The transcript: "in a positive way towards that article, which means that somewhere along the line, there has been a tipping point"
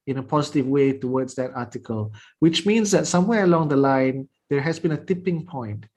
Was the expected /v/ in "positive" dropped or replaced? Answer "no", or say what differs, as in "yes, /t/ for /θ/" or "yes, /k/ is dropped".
no